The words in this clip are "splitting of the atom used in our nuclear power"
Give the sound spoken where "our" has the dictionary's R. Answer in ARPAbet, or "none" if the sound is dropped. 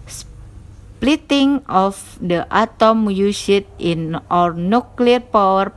R